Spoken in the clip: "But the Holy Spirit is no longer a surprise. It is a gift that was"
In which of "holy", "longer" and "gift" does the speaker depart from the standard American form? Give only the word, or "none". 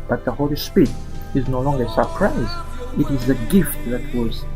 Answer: none